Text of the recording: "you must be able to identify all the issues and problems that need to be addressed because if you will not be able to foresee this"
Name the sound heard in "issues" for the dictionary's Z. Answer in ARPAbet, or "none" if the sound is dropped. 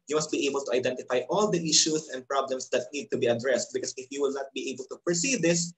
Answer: S